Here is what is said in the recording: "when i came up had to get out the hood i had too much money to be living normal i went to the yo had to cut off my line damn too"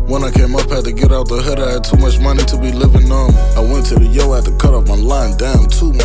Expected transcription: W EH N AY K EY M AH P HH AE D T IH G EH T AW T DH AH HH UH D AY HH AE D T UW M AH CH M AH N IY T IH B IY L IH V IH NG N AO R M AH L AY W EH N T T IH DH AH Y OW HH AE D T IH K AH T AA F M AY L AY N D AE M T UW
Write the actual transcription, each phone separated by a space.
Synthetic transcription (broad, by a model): W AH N AY K EY M AH P HH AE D T IH G EH T AW T DH AH HH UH D AY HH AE D T UW M AH CH M AH N IY T IH B IY L IH V IH NG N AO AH N AY W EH N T T IH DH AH Y OW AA T IH K AH T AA P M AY L AY N D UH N T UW